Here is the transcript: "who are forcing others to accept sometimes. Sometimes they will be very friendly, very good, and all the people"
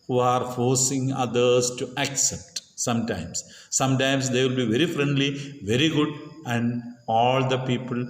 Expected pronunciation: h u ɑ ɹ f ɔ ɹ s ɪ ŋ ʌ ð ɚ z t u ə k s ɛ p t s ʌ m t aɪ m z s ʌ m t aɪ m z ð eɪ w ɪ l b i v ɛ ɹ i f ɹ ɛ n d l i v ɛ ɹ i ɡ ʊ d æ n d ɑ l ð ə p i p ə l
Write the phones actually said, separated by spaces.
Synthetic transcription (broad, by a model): h u ɑ ɹ f ɔ ɹ s ɪ ŋ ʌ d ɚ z t u ə k s ɛ p t s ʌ m t aɪ m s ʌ m t aɪ m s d eɪ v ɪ l b i v ɛ ɹ i f ɹ ɛ n d l i v ɛ ɹ i ɡ ʊ d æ n d ɑ l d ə p i p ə l